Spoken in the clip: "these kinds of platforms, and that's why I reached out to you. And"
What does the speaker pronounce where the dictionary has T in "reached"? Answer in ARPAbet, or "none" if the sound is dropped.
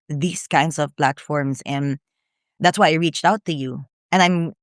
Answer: T